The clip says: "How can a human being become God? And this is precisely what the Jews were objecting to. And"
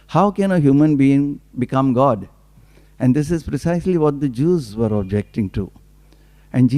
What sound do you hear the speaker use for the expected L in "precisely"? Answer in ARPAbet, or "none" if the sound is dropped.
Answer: L